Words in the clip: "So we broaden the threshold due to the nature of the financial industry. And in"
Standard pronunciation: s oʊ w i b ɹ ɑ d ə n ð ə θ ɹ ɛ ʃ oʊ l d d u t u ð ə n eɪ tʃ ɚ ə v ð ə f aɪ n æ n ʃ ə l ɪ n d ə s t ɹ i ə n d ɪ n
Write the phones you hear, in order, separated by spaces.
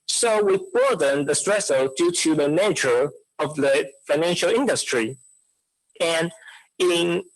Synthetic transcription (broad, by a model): s oʊ w i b ɑ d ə n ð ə t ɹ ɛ s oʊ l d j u t u ð ə n eɪ tʃ ɚ ə v ð ə f aɪ n æ n ʃ ə l ɪ n d ə s t ɹ i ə n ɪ n